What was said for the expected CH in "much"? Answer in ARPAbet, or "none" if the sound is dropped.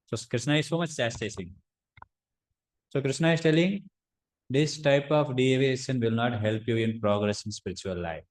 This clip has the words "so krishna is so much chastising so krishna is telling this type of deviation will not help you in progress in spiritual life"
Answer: CH